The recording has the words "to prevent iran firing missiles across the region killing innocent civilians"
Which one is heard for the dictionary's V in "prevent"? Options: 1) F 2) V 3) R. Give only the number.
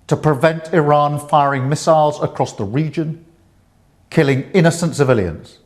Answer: 2